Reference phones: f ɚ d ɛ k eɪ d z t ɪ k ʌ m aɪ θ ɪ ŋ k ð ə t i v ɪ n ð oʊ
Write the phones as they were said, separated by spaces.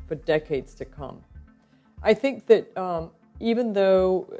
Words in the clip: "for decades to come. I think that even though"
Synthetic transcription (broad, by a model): f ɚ d ɛ k eɪ d z t ɪ k ʌ m aɪ θ ɪ ŋ k ð ə t i v ɪ n ð oʊ